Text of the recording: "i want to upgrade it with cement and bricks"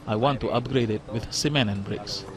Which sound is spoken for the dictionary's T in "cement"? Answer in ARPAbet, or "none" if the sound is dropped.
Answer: none